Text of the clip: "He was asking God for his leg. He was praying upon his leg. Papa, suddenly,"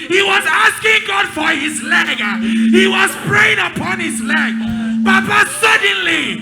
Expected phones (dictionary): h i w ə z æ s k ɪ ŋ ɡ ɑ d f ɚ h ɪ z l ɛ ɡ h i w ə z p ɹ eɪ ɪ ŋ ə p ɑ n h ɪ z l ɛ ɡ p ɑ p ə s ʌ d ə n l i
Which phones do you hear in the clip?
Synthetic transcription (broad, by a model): h i w ə z æ s k ɪ ŋ ɡ ɑ d f ɚ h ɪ z l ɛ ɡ h i w ə z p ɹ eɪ ɪ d ə p ɑ n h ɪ z l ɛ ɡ b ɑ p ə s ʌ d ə n l i